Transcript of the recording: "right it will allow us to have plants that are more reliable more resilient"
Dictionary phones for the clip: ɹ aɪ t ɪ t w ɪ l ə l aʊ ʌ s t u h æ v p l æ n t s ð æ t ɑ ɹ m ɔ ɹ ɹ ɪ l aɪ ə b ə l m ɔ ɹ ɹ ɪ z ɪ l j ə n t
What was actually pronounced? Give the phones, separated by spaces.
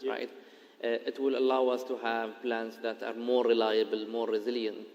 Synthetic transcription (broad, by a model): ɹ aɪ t ɪ t w ɪ l ə l aʊ ʌ s t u h æ v p l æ n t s ð æ t ɑ ɹ m ɔ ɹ ɹ ɪ l aɪ ə b ə l m ɔ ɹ ɹ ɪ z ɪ l j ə n t